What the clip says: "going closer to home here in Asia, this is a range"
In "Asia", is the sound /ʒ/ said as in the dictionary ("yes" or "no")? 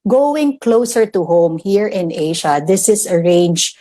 no